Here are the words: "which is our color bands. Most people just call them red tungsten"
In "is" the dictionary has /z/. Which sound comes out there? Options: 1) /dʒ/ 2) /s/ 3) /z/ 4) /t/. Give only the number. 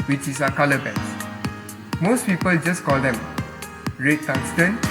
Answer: 2